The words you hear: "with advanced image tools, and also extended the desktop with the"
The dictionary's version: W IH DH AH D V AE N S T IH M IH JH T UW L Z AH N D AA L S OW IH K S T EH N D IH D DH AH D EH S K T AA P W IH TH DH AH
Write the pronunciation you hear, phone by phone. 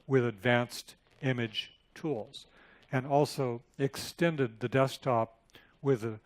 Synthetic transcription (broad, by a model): W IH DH AH D V AE N S T IH M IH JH T UW L Z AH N AA L S OW IH K S T EH N D IH D DH AH D EH S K T AA P W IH DH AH